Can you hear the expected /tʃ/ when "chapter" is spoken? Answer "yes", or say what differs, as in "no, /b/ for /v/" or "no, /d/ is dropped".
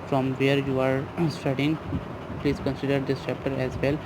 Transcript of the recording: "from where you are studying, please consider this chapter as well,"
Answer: no, /ʃ/ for /tʃ/